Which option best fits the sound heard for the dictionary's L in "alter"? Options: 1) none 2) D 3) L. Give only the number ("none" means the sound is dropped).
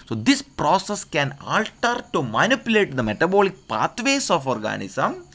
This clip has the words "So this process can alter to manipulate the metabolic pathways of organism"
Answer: 3